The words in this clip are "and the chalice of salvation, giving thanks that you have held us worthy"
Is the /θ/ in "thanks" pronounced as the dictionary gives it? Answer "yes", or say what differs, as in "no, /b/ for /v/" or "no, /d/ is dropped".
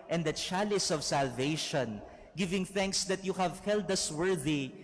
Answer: yes